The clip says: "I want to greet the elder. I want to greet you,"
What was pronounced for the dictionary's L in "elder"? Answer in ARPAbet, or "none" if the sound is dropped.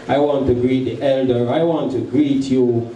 L